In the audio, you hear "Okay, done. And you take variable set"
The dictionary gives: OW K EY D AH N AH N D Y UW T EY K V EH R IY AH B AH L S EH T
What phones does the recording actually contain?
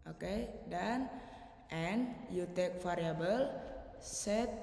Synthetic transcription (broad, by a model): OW K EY D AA N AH N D Y UW T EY K F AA R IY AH B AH L S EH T